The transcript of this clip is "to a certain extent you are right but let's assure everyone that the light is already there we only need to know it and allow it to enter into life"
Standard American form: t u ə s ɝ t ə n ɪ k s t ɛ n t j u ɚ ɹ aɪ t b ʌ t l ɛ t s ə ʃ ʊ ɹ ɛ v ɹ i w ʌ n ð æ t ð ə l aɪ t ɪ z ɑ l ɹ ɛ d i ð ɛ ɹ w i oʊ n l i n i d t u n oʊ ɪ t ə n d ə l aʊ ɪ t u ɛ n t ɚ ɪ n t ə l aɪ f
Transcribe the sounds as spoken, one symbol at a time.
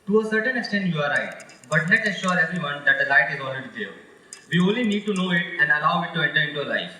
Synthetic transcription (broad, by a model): t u ə s ɝ t ə n ɪ k s t ɛ n t j u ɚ ɹ aɪ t b ʌ t n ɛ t ə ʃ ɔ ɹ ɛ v ɹ i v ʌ n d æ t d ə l aɪ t ɪ z ɑ l ɹ ɛ d i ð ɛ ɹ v i oʊ n l i n i d t u n oʊ ɪ t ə n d ə l aʊ ɪ t u ɛ n t ɚ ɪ n t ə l aɪ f